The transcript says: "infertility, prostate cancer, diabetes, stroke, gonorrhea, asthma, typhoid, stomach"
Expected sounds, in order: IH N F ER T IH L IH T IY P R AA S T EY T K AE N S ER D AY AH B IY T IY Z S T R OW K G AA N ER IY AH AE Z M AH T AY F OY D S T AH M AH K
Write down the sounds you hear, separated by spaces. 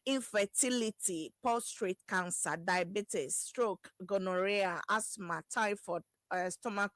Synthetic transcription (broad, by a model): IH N F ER T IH L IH T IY P AA S T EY T K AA N S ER D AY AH B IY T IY S T R OW K G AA N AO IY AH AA S M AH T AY F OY S T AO M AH K